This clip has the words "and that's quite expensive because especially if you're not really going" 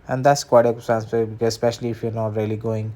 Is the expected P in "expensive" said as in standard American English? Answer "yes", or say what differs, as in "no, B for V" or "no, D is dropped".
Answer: no, P is dropped